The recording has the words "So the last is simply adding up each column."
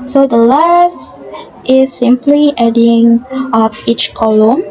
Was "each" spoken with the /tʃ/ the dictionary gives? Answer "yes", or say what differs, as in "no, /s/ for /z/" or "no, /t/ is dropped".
yes